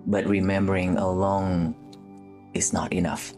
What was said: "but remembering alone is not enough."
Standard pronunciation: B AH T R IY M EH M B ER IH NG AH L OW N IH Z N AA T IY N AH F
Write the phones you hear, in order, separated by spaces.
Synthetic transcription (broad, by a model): B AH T R IY M EH M B ER IH NG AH L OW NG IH S N AA T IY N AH F